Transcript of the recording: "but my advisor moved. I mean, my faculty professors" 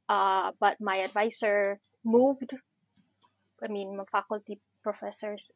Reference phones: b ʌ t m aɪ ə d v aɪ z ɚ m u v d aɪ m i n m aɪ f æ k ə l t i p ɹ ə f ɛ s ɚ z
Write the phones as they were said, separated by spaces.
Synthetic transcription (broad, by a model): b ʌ t m aɪ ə d v aɪ s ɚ m u v d aɪ m i n m aɪ f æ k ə l t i p ɹ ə f ɛ s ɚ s